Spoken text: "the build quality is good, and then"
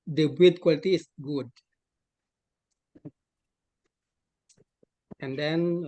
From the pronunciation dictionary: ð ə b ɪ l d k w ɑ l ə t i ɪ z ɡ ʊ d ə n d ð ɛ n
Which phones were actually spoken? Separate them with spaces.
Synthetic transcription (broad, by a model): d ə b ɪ d k w ɑ l ə t i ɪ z ɡ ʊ d ə n d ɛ n